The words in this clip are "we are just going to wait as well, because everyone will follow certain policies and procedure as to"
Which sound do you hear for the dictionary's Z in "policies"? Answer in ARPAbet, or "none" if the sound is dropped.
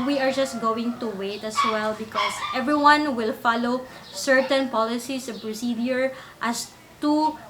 S